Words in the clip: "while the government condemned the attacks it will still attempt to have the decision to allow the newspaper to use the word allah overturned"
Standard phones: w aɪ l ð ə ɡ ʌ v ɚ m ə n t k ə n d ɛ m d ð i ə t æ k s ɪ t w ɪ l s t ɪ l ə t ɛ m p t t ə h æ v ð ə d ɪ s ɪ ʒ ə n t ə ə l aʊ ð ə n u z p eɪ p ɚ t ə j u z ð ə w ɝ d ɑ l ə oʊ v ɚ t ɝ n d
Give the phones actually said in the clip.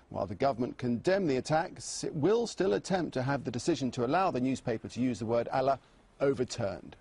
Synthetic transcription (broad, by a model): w aɪ l ð ə ɡ ʌ v ɚ m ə n k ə n d ɛ m ð i ə t æ k s ɪ t w ɪ l s t ɪ l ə t ɛ m p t t ə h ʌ v ð ə d ɪ s ɪ ʒ ə n t ə ə l aʊ ð ə n u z p eɪ p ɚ t ə j u z ð ə w ɝ d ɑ l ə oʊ v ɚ t ɝ n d